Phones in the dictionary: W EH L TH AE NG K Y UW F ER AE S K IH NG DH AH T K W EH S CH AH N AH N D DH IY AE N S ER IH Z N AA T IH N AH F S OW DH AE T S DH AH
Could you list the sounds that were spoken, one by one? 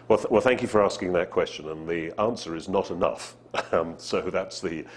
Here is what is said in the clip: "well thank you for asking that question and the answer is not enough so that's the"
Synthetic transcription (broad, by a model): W EH L TH AE NG K Y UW F ER AE S K IH NG DH AH T K W EH S CH AH N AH N DH IY AE N S ER IH Z N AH T IH N AH F S OW DH AE T S DH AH